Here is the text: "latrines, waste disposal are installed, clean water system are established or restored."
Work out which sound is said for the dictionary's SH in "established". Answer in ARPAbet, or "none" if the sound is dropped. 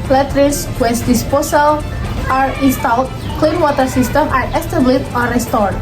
none